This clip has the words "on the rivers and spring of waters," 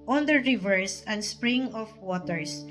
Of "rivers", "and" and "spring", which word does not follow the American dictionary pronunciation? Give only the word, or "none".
rivers